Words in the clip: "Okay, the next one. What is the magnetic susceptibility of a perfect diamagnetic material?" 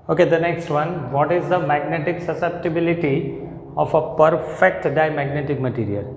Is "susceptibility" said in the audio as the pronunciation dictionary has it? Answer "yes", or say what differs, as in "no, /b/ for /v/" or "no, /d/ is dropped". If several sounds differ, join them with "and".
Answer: yes